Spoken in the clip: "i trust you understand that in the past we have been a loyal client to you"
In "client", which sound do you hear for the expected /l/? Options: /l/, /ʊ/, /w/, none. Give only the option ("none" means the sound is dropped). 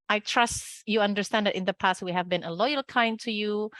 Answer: none